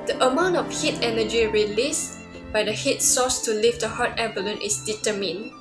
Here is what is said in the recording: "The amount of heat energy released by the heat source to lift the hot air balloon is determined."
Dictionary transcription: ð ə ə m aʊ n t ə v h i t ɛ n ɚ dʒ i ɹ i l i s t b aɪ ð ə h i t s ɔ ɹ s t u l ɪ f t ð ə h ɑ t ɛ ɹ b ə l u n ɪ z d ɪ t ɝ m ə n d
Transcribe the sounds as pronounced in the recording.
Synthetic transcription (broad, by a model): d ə ə m aʊ n t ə f h i t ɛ n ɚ dʒ i ɹ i l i s b aɪ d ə h i t s ɔ s t u l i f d ə h ɑ t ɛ b ə l u n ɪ s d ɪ t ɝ m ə n